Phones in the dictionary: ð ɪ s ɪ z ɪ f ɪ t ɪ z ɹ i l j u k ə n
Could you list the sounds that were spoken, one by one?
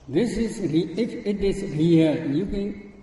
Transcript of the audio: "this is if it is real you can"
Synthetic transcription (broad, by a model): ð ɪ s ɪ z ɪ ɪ ɪ t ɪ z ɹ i n j u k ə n